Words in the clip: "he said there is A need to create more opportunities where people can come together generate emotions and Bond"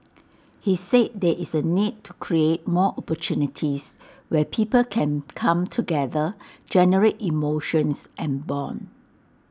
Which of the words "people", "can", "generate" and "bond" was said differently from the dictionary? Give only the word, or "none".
bond